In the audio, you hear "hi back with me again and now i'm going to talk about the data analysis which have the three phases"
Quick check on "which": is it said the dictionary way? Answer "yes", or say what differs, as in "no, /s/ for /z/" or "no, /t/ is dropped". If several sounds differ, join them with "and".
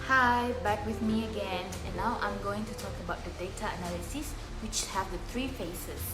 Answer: yes